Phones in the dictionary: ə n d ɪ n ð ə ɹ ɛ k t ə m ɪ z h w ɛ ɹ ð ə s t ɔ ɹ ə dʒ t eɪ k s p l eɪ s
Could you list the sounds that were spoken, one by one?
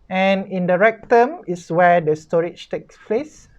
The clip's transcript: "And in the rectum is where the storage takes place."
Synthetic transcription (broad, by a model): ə n ɪ n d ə ɹ ɛ k t ə m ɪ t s w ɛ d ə s t ɔ ɹ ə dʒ t eɪ k s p l eɪ s